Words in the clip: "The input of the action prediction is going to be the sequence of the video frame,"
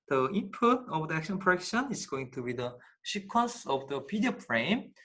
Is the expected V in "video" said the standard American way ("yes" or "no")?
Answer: no